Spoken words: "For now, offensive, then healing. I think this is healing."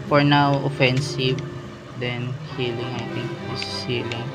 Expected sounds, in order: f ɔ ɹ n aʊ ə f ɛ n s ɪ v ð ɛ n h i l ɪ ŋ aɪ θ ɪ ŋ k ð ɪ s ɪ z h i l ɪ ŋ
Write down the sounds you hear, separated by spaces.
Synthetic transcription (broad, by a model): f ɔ ɹ n aʊ ə f ɛ n s ɪ v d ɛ n h i l ɪ ŋ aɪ t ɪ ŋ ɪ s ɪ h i l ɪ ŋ